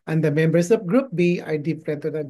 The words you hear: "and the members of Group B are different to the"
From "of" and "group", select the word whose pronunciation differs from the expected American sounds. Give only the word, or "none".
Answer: of